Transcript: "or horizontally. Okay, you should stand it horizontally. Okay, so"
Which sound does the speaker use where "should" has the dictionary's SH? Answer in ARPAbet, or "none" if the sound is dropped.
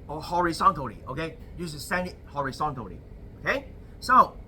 S